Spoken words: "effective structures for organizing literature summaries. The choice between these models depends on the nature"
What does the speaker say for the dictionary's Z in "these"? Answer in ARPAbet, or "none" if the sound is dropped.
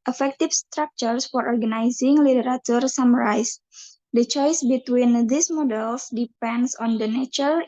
S